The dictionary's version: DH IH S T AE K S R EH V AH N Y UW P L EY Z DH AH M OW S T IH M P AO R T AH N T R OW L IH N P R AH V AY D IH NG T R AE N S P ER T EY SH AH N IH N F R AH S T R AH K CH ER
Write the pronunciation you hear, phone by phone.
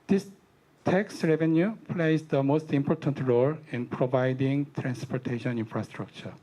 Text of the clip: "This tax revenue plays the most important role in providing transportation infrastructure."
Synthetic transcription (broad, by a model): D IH S T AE K S R EH V AH N Y UW P L EY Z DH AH M OW S T IH M P AO R T AH N T R OW L IH N P R AH V AY D IH NG T R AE N S P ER T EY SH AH N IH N F R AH S T R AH K CH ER